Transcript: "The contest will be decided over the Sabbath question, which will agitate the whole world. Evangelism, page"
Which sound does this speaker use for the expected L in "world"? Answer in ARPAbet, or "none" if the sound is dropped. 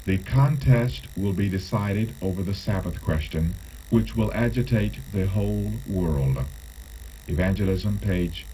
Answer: L